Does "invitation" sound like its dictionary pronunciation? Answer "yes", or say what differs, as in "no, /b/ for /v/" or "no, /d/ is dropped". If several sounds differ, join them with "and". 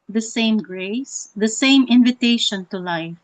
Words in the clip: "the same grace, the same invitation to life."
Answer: yes